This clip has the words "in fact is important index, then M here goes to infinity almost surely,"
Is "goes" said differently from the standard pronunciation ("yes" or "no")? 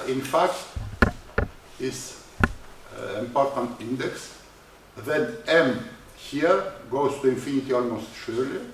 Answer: yes